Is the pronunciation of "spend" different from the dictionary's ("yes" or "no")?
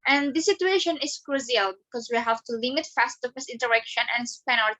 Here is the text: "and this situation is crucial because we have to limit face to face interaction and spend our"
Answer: yes